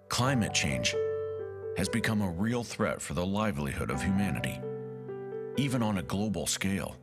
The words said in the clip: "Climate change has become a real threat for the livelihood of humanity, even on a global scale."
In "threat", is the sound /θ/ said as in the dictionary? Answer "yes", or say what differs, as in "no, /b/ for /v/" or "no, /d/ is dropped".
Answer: yes